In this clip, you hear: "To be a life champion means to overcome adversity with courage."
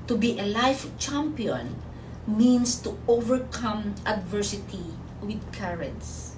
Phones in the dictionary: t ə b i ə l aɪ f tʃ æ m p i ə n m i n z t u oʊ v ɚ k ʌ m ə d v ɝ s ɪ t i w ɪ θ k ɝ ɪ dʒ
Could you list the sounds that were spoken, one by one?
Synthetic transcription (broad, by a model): t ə b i ə l aɪ f tʃ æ m p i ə n m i n s t u oʊ v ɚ k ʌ m ə d v ɝ s ɪ t i w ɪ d k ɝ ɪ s